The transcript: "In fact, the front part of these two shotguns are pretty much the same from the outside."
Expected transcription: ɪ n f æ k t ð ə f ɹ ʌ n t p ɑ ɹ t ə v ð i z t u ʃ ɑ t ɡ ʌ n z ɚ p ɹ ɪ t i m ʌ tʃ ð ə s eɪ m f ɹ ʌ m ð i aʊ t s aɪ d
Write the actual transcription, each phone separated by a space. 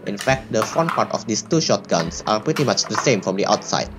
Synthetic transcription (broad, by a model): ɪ n f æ k t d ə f ɔ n p ɑ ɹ t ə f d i s t u ʃ ɑ t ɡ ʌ n s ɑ p ɹ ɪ t i m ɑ tʃ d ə s eɪ m f ɹ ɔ m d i aʊ t s aɪ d